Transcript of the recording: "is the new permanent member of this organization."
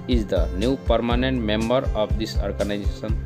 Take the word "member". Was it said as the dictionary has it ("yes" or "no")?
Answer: yes